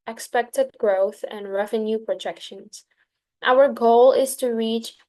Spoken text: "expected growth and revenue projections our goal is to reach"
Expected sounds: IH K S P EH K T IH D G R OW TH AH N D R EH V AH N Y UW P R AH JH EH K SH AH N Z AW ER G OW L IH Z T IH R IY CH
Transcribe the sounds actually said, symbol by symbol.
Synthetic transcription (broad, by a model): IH K S P EH K T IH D G R OW TH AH N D R EH V AH N Y UW P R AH JH EH K SH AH N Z AW ER G OW L IH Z T IH R IY CH